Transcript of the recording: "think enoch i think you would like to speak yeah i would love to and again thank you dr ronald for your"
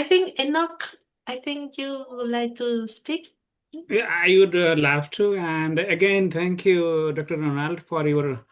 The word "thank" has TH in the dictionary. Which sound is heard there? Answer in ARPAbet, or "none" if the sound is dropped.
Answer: T